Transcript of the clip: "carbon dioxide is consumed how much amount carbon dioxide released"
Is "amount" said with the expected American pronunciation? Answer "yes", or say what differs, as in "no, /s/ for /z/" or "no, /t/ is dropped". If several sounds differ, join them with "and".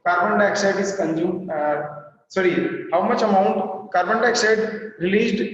yes